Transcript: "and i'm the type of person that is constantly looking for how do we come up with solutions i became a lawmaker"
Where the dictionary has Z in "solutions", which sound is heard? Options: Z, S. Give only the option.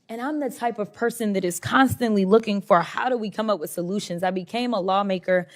Z